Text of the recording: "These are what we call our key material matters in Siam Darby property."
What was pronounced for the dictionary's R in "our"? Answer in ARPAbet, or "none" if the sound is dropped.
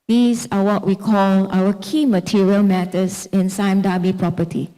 W